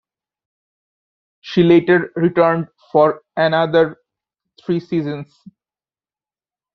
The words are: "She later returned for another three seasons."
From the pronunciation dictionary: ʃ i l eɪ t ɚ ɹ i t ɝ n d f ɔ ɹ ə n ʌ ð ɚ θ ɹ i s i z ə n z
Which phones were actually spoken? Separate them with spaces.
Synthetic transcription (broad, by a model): ʃ i l eɪ t ɚ ɹ i t ɝ n d f ɔ ɹ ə n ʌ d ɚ t ɹ i s i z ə n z